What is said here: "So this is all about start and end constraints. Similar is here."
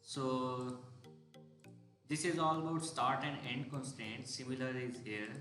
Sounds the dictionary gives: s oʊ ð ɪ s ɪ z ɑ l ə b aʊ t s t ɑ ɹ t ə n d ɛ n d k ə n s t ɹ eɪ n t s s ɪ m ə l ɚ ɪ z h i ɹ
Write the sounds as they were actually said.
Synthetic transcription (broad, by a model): s oʊ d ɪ s ɪ z ɑ l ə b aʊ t s t ɑ ɹ t ə n d ɛ n d k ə n s t eɪ n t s s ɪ m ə l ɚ ɪ z h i ɹ